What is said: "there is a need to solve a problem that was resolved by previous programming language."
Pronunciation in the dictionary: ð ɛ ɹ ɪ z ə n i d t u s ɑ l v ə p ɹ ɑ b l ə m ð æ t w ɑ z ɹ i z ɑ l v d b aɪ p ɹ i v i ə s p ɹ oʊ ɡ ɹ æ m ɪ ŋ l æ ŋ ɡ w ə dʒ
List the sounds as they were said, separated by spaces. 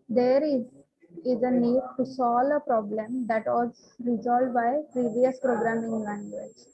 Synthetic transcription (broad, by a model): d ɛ ɹ ɪ z ə n i d t u s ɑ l ə p ɹ ɑ b l ə m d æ t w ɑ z ɹ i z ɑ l d b aɪ p ɹ i v i ə s p ɹ oʊ ɡ ɹ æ m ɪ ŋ l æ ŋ ɡ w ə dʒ